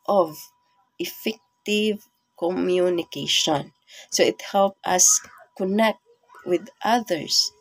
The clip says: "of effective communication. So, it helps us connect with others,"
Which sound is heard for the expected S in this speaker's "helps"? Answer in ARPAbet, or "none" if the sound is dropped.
none